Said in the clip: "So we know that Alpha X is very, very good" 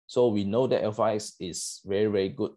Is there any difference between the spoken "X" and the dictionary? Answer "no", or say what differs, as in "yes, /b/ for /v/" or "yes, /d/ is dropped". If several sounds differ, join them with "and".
yes, /k/ is dropped